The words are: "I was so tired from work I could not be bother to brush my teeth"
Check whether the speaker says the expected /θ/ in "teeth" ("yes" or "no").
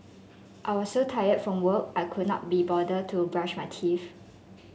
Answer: no